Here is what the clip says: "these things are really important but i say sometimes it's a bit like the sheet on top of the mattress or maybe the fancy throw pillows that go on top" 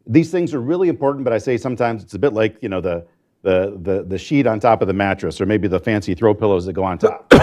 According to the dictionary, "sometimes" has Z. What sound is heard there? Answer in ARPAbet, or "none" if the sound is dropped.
Z